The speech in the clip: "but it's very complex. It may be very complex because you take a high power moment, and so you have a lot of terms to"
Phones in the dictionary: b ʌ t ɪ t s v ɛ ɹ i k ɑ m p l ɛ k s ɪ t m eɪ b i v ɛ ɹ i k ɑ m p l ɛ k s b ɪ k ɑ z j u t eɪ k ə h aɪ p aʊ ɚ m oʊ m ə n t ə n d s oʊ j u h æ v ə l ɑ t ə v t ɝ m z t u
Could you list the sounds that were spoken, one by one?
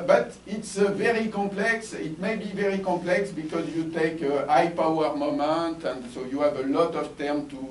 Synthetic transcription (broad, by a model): b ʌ t ɪ t s v ɛ ɹ i k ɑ p l ɛ k s ɪ t m eɪ b i v ɛ ɹ i k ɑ p l ɛ k s b ɪ k ɑ z j u t eɪ k ə aɪ p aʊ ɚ m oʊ m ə n t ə n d s oʊ j u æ v ə l ɑ t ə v t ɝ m t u